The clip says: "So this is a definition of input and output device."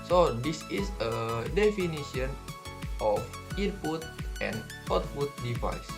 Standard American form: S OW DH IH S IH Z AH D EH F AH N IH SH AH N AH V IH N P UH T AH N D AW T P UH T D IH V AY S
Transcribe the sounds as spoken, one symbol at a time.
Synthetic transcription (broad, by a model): S OW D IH S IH S AH D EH F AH N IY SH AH N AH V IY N P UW T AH N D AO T F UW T D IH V AY S